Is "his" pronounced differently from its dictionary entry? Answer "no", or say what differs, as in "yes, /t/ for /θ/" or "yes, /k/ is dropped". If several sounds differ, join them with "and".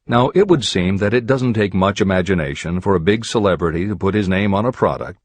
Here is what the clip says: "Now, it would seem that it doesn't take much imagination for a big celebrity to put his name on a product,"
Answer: no